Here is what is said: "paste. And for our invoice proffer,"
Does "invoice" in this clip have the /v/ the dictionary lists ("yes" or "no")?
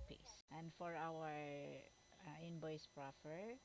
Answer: no